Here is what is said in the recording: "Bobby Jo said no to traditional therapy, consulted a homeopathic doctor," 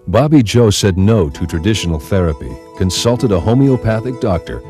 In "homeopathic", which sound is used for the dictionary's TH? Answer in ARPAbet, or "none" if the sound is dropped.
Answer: TH